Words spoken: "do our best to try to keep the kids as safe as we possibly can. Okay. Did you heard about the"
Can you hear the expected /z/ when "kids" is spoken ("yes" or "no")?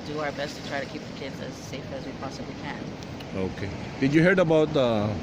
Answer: yes